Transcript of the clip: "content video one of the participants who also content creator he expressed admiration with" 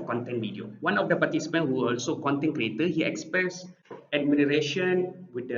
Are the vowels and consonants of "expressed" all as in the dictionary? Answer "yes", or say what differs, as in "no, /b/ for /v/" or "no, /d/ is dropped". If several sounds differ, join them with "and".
no, /ɹ/ is dropped